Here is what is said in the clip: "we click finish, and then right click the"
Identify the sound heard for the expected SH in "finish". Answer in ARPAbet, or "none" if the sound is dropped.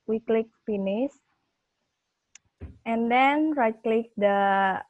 S